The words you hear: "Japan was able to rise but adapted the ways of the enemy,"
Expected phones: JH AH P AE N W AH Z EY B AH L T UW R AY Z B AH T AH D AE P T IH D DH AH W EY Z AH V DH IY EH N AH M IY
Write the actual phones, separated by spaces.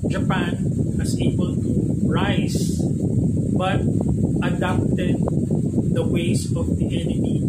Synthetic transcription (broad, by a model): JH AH P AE N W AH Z EY B AH L T UW R AY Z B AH T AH D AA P T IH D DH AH W EY S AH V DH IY EH N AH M IY